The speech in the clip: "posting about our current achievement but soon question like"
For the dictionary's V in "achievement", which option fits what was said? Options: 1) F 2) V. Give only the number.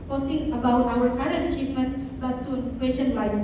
1